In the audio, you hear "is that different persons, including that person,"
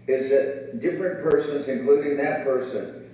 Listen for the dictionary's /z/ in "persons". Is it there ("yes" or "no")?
yes